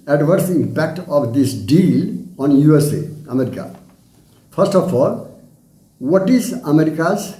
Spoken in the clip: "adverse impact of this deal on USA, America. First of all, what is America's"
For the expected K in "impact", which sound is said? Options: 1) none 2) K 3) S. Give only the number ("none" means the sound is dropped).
2